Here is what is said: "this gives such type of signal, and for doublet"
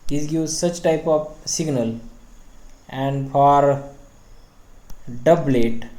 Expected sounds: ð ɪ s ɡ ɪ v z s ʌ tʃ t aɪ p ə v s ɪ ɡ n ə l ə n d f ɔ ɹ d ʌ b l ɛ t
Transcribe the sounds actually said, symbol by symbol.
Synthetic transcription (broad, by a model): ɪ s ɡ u z s ʌ tʃ t aɪ p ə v s ɪ ɡ n ə l ə n d f ɔ ɹ d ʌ b l ɛ t